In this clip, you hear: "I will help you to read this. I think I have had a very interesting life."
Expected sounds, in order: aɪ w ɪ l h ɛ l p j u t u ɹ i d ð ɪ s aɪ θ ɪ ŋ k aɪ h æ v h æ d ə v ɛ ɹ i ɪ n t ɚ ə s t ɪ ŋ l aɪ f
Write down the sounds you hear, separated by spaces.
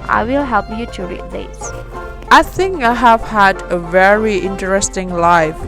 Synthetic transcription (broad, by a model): aɪ w ɪ l h ɛ l p j u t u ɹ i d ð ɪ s aɪ θ ɪ ŋ k aɪ h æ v h æ d ə v ɛ ɹ i ɪ n t ɚ ə s t ɪ ŋ l aɪ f